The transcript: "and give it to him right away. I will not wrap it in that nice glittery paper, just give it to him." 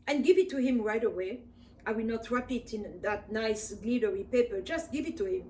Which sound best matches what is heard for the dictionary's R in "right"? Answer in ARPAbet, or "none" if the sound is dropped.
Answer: R